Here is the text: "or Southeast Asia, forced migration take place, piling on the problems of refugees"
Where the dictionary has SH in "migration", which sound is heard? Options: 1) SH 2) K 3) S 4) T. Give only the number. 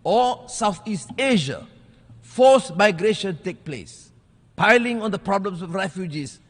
1